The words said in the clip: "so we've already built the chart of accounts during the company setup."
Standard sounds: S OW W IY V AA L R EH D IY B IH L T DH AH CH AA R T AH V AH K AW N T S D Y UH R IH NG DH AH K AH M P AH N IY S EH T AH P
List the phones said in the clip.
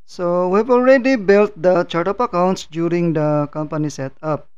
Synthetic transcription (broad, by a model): S OW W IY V AA L R EH D IY B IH L T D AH CH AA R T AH P AH K AW N T S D Y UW R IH NG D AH K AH M P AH N IY S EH T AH P